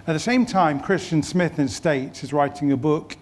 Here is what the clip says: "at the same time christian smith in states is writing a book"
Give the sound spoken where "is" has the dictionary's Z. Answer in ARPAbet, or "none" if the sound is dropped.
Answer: Z